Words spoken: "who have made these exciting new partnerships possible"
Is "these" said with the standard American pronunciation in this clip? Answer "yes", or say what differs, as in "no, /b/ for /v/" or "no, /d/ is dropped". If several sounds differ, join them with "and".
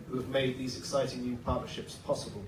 yes